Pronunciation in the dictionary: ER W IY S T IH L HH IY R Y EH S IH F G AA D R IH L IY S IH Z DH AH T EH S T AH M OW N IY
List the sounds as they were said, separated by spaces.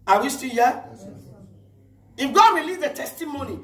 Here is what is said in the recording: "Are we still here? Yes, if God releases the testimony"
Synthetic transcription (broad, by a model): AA W IY S T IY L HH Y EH IH F G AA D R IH L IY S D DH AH T EH S T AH M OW N IY